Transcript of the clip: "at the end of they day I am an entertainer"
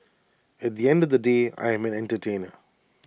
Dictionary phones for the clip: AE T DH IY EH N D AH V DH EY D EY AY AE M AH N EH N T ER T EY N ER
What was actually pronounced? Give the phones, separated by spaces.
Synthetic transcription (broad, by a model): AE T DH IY EH N D AH V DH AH D EY AY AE M AH N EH N T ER T EY N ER